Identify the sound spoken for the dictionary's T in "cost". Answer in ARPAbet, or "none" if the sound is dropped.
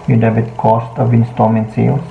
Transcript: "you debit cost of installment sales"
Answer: T